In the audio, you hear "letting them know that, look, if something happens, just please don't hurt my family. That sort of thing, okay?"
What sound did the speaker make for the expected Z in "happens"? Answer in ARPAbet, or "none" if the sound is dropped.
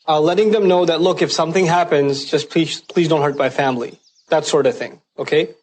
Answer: Z